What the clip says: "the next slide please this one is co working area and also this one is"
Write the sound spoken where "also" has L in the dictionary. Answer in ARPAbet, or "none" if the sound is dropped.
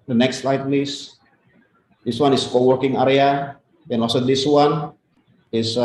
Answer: none